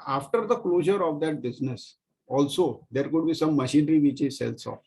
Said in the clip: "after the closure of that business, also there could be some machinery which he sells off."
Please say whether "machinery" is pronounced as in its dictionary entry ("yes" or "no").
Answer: yes